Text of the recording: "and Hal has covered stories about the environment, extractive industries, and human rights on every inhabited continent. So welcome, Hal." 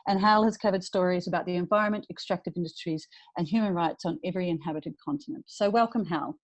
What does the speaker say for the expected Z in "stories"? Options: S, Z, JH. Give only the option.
Z